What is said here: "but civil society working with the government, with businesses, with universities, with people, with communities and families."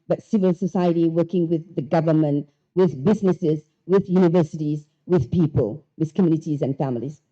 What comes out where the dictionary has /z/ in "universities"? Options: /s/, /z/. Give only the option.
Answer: /z/